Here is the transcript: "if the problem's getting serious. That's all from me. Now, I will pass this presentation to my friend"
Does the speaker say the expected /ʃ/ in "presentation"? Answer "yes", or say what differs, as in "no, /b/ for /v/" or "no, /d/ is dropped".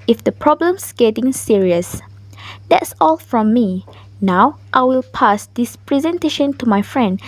yes